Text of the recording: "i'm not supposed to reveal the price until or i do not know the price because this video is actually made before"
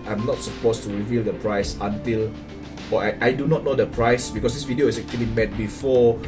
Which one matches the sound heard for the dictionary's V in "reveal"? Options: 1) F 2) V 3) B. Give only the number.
2